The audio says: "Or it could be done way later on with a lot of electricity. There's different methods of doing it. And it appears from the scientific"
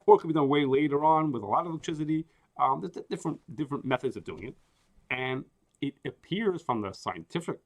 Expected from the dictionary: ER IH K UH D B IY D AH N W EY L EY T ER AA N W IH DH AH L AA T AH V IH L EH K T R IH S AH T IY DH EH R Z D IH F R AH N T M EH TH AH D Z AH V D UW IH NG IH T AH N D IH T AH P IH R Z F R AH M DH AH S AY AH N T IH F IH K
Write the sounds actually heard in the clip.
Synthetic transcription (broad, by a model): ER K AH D B IY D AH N W EY L EY T ER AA N W IH DH AH L AA T AH V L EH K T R IH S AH T IY DH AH R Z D IH F R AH N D M EH TH AH D Z AH V D UW IH NG IH T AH N IH T AH P IH R Z F R AH M DH AH S AY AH N T IH F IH K